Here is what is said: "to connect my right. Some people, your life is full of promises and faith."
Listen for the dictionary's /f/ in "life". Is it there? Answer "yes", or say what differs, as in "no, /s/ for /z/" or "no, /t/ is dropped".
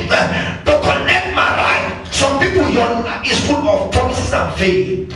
no, /f/ is dropped